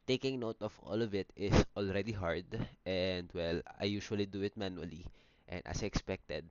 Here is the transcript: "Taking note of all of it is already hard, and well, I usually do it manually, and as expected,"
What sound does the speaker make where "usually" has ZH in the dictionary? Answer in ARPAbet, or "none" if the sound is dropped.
SH